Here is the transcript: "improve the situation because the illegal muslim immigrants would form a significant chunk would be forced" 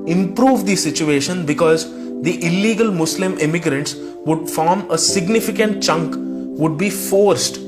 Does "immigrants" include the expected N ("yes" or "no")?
yes